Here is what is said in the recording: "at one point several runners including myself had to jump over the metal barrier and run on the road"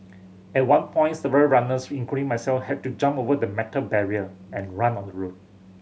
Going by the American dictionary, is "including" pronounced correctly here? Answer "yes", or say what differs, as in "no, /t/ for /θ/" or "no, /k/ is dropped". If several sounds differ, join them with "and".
no, /l/ is dropped